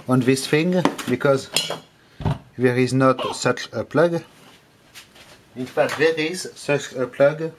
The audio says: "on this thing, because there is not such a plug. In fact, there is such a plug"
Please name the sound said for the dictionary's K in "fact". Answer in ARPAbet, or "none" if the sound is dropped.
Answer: none